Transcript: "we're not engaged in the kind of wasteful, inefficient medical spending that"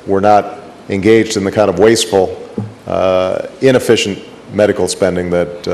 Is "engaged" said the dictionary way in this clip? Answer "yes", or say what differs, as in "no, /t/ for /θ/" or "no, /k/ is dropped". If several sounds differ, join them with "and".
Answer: yes